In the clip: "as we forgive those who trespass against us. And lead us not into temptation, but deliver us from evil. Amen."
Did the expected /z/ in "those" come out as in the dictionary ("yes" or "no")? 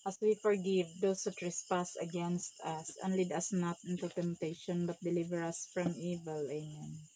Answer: no